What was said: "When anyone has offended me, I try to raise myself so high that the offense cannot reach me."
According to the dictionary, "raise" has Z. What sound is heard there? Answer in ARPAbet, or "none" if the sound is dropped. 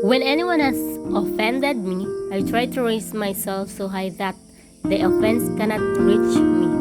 S